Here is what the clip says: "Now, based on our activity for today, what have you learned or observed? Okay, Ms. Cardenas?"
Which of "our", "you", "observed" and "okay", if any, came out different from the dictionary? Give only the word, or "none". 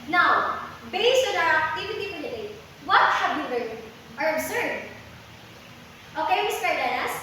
observed